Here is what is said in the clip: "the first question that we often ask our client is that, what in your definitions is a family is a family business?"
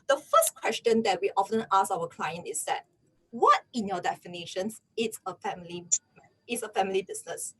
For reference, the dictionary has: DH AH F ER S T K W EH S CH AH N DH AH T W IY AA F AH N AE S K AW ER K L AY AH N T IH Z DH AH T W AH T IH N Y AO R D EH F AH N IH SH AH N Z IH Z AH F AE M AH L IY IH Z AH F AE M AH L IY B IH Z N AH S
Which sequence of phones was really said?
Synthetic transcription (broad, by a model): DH AH F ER S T K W EH S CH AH N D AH T W IY AA F AH N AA S AW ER K L AY AH N T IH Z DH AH T W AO T IH N Y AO D EH F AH N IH SH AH N S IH S AH F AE M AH L IY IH S AH F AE M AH L IY B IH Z N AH S